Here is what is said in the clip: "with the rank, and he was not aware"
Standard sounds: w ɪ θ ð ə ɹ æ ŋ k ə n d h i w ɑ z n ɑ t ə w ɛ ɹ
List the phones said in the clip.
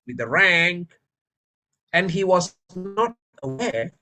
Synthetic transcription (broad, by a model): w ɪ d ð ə ɹ æ ŋ k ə n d h i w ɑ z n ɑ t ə w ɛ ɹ